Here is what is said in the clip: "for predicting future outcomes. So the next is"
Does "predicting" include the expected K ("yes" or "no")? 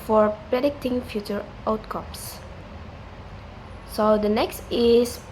yes